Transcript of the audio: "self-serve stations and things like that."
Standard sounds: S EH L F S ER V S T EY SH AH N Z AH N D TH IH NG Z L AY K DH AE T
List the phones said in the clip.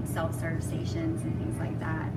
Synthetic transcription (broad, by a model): S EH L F S ER V S T EY SH AH N Z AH N TH IH NG Z L AY K DH AE T